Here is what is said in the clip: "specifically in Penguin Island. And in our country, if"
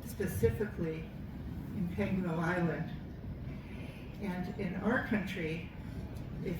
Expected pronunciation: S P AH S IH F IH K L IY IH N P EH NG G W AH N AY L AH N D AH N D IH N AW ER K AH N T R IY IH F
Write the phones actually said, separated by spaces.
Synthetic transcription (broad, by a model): S P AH S IH F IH K L IY IH N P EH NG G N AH L AY L AH N D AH N IH N AW ER K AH N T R IY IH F